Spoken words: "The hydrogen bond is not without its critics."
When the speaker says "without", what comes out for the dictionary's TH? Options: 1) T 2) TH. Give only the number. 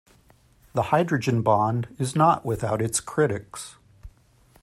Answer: 2